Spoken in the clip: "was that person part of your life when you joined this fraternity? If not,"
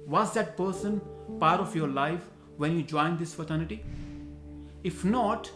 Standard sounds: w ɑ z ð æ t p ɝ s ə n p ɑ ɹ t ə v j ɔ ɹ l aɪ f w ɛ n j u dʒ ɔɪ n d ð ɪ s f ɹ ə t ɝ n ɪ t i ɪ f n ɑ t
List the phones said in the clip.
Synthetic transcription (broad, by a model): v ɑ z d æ t p ɝ s ə n p ɑ ɹ t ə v j ɔ ɹ l aɪ f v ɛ n j u dʒ ɔɪ n d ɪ s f ə t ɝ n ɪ t i ɪ f n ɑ t